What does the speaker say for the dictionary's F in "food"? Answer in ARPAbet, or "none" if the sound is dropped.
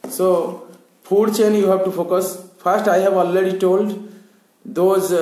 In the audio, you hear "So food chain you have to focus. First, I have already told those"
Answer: P